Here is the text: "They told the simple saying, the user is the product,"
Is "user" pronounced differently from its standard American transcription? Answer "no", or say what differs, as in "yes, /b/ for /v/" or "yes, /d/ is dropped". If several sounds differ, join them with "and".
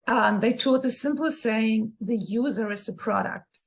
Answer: no